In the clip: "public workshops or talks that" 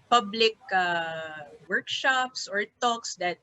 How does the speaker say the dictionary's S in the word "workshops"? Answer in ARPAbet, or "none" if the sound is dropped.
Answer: S